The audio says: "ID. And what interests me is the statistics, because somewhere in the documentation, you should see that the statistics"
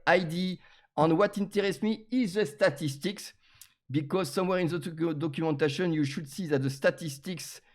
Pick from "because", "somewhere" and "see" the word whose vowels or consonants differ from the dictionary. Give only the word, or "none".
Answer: none